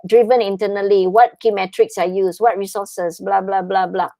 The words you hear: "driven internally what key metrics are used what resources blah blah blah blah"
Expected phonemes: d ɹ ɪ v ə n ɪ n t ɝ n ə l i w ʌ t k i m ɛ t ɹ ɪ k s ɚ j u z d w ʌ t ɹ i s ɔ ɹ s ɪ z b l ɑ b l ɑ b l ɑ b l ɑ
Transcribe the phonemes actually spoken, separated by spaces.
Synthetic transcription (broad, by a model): d ɹ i v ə n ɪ n t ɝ n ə l i w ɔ t k i m ɛ t ɹ ɪ k s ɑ j u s w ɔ t ɹ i s ɔ s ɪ s b l ɑ b l ɑ b l ɑ b l ɑ